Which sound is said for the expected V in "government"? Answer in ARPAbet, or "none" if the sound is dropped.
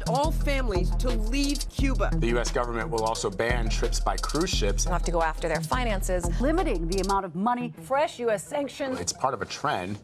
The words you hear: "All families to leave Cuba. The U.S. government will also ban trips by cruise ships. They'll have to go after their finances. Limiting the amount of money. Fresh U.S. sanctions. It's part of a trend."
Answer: V